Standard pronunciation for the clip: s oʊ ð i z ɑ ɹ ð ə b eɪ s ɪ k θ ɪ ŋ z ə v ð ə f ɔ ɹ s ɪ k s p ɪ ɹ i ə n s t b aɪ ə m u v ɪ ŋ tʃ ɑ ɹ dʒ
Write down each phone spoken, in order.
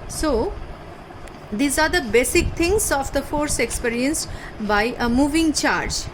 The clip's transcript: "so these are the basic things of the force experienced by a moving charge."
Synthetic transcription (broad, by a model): s oʊ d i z ɑ ɹ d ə b eɪ s ɪ k t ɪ ŋ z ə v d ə f ɔ ɹ s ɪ k s p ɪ ɹ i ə n s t b aɪ ə m u v ɪ ŋ tʃ ɑ ɹ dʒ